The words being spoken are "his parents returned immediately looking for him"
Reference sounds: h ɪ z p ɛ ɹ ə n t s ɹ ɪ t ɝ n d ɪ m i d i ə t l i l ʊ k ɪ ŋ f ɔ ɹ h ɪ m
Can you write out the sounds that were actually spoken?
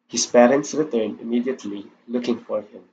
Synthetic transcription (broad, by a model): h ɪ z p ɛ ɹ ə n t s ɹ ɪ t ɝ n d ɪ m i d i ə t l i l ʊ k ɪ ŋ f ɔ ɹ h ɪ m